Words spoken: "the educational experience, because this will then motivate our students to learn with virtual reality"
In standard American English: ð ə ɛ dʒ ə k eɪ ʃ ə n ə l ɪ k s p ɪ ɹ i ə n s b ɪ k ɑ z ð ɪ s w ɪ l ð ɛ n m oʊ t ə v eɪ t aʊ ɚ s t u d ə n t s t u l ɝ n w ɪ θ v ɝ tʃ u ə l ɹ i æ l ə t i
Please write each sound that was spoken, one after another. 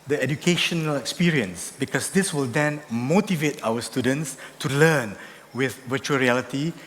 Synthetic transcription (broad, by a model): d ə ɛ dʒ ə k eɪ ʃ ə n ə l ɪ k s p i ɹ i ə n s b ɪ k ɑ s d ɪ s w ɪ l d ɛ n m oʊ t ə v eɪ t aʊ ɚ s t u d ə n t s t u l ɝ n w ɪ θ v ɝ tʃ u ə l ɹ i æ l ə t i